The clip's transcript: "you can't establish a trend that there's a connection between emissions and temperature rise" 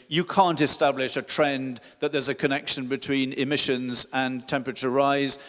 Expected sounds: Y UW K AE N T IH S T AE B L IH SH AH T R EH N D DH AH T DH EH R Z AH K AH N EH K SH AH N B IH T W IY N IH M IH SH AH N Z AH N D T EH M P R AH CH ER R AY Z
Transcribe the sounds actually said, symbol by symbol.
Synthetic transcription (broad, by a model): Y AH K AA N T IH S T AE B L IH SH AH T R EH N DH AH T DH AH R Z AH K AH N EH K SH AH N B IH T W IY N IH M IH SH AH N Z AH N T EH M P R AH CH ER R AY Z